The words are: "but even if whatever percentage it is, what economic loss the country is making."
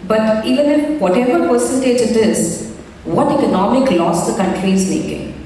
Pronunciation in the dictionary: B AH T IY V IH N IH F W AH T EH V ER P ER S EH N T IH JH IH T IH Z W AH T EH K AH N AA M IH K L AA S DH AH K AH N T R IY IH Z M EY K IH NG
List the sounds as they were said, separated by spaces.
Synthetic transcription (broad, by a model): B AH T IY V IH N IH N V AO T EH V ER P ER S EH N T IH JH IH T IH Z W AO T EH K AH N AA M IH K L AA S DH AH K AH N T R IY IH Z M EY K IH NG